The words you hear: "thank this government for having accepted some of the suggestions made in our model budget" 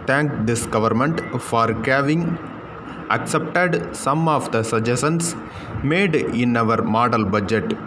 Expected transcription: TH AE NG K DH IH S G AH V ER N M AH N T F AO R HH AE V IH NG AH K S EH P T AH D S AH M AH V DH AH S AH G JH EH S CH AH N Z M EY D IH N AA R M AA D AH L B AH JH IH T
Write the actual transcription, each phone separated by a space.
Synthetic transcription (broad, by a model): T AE NG K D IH S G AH V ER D M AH N T F AO R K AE V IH NG AH K S EH P T AH D S AH M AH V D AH S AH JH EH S AH N S M EY D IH N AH R M AA D AH L B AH JH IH T